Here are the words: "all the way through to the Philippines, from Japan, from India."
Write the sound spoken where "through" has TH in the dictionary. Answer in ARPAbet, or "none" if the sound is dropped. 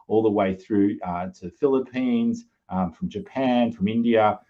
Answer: TH